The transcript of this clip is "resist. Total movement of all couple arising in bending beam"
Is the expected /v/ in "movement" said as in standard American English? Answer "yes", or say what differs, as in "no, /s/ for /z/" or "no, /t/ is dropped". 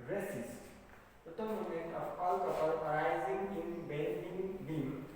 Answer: no, /v/ is dropped